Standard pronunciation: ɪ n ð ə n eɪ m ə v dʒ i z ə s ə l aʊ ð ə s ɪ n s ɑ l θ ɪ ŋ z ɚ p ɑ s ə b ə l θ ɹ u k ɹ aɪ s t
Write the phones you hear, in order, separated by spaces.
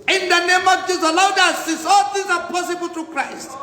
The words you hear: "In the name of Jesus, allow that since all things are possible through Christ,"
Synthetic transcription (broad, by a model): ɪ n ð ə n eɪ m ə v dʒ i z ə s ə l aʊ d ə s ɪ s ɑ l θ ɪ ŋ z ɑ p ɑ s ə b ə l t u k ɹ aɪ s t